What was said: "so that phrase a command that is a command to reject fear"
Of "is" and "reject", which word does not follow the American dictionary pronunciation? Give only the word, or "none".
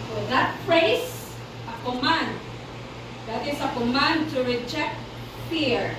is